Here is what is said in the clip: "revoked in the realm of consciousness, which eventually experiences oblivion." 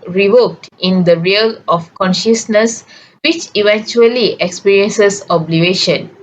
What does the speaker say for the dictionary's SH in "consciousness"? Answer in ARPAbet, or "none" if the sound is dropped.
SH